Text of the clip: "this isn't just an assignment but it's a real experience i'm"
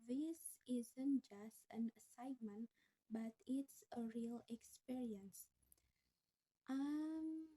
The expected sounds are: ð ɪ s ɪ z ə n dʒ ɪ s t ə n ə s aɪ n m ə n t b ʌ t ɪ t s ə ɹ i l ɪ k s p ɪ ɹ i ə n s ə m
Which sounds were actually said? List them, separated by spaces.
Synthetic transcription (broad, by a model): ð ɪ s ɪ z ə n dʒ ɪ s t ə n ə s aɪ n m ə n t b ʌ t ɪ t s ə ɹ i l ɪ k s p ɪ ɹ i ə n s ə m